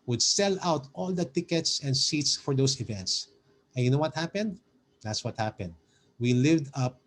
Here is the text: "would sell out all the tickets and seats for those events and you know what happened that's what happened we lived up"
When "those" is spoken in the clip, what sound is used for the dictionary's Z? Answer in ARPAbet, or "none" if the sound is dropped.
S